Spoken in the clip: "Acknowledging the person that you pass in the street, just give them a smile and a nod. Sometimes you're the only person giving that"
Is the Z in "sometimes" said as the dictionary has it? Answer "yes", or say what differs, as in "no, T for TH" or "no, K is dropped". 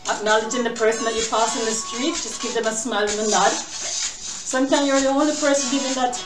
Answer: no, Z is dropped